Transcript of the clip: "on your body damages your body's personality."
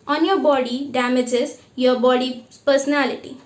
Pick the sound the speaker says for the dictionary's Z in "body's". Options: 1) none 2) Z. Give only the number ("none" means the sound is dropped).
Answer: 1